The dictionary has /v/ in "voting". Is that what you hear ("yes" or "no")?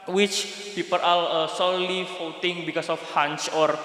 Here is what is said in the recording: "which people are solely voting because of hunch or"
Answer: no